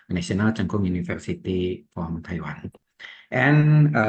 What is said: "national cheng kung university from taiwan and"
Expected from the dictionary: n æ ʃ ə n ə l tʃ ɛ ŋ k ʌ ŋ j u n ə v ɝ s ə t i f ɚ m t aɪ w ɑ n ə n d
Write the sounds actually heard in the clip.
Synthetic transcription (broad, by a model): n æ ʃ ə n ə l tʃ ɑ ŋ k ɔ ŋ j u n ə f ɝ s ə t i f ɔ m t aɪ w ɑ n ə n